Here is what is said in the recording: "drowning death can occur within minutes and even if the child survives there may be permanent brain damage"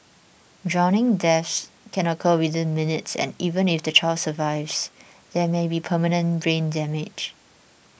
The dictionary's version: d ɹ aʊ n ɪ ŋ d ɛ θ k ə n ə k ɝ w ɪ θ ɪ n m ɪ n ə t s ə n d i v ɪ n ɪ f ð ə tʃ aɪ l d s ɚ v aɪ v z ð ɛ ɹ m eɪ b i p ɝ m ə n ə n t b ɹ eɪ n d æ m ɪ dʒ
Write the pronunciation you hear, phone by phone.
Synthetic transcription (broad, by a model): d ɹ aʊ n ɪ ŋ d ɛ s k ə n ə k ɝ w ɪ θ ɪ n m ɪ n ə t s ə n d i v ɪ n ɪ f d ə tʃ aɪ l s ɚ v aɪ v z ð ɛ m eɪ b i p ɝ m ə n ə n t b ɹ eɪ n d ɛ m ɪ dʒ